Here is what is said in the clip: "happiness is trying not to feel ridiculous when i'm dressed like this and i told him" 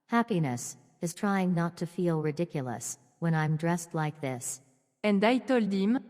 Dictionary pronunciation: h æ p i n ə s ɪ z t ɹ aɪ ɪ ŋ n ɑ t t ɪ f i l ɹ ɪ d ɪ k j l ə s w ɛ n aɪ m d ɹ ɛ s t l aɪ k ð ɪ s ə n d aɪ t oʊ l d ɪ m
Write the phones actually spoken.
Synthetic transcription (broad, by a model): h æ p i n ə s ɪ z t ɹ aɪ ɪ ŋ n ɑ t t ɪ f i l ɹ ɪ d ɪ k j l ə s w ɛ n aɪ m d ɹ ɛ s t l aɪ k ð ɪ s ə n d aɪ t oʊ l d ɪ m